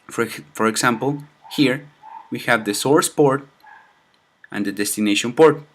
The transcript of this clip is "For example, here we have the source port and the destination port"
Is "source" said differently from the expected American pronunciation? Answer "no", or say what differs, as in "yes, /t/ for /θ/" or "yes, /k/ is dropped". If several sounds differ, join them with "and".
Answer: no